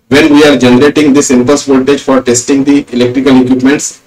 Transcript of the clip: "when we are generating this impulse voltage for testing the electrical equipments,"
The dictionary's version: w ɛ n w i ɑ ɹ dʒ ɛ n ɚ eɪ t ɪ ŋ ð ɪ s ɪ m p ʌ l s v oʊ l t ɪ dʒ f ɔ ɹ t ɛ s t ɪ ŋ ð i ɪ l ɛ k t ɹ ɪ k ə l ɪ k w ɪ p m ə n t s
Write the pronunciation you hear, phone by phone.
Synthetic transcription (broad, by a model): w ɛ n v i ɑ ɹ dʒ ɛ n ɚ eɪ t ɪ ŋ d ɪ s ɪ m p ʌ s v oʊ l t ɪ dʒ f ɔ ɹ t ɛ s t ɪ ŋ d i ɪ l ɛ k t ɹ ɪ k ə l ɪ k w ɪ p m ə n t s